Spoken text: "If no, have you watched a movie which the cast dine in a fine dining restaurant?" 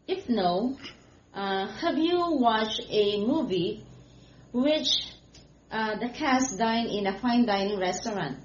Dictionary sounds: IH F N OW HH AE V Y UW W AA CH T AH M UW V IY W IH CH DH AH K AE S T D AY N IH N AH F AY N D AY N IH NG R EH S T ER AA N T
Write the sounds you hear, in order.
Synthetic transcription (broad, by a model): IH F N OW HH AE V Y UW W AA CH AH M UW V IY W IH CH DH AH K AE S D AY N IH N AH F AY N D AY N IH NG R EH S T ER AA N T